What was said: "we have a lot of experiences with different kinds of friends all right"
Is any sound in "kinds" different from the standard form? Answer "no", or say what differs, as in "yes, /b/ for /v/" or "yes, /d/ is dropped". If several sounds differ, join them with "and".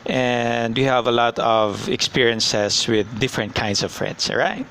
yes, /s/ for /z/